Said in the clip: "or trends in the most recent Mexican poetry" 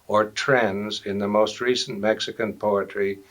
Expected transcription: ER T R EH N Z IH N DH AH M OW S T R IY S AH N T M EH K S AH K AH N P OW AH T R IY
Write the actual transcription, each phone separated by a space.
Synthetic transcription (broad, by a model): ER T R EH N Z IH N DH AH M OW S T R IY S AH N M EH K S AH K AH N P OW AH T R IY